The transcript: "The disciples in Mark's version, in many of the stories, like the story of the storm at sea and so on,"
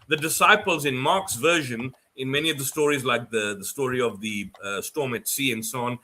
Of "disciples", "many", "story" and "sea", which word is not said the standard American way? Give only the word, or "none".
none